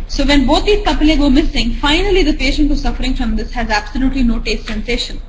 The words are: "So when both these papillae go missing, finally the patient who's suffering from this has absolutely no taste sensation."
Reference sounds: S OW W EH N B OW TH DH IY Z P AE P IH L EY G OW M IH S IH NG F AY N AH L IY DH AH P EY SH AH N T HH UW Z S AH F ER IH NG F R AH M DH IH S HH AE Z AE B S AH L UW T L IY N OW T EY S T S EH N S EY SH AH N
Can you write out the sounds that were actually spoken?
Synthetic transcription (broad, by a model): S OW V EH N B OW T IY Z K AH P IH L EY G OW M IH S IH NG F AY N AH L IY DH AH P EY SH AH N T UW S AH F ER IH NG F R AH M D IH S HH AE Z AE B S AH L UW T L IY N OW T EY S T S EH N S EY SH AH N